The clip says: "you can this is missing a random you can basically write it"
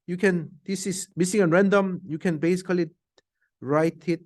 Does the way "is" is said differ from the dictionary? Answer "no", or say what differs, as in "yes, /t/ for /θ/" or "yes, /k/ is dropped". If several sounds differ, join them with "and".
yes, /s/ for /z/